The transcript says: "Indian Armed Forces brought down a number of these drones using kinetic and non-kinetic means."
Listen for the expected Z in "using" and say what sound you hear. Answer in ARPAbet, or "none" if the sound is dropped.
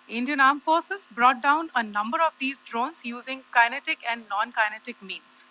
Z